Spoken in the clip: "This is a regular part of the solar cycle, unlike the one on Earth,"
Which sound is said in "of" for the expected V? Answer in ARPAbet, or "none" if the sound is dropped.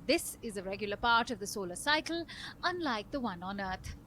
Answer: V